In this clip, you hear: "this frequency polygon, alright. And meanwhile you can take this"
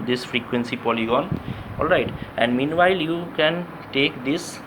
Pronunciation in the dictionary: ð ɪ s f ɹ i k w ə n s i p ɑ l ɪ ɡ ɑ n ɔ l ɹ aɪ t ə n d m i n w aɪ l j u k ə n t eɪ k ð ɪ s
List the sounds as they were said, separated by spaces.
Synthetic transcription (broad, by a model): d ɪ s f ɹ i k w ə n s i p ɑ l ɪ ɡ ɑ n ɔ l ɹ aɪ t ə n d m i n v aɪ l j u k ə n t eɪ k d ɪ s